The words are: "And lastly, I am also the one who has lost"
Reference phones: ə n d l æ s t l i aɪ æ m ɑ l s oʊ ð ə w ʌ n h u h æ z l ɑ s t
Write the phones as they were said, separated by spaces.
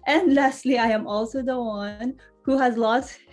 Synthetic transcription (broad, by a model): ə n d l æ s t l i aɪ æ m ɑ l s oʊ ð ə w ʌ n h u h æ z l ɑ s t